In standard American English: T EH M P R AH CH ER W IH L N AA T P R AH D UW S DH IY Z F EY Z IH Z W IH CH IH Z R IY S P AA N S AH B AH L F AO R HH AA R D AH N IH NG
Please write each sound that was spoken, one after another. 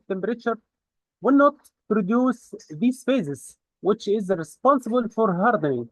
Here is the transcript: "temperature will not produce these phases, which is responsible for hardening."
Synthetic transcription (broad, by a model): T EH M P R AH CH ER W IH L N AA T P R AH D UW S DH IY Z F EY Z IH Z W IH CH IH Z R IY S P AA N S AH B AH L F AO R HH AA R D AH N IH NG